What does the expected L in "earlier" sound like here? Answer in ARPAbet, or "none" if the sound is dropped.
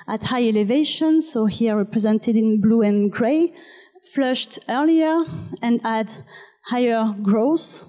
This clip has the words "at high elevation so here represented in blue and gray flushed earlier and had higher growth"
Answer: L